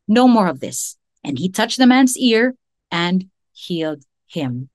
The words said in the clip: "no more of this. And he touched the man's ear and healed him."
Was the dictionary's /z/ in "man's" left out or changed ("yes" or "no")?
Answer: no